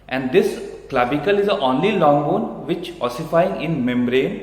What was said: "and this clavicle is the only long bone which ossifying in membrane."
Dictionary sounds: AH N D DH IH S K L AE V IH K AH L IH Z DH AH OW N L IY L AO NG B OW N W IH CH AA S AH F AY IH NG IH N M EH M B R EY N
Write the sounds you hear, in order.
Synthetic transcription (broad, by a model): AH N D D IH S K L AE B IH K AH L IH Z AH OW N L IY L AO NG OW N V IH CH AA S AH F AY IH NG IH N M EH M B R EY N